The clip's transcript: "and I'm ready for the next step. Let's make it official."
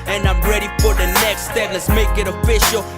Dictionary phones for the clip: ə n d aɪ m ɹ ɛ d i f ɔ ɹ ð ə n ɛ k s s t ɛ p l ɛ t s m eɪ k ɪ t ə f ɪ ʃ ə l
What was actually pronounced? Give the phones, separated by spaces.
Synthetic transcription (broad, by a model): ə n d aɪ m ɹ ɛ d i f ɔ ɹ ð ə n ɛ k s s t ɛ p l ɛ t s m eɪ k ɪ t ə f ɪ ʃ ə l